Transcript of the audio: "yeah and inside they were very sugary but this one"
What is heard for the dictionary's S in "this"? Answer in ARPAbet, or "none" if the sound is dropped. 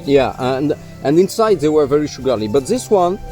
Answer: S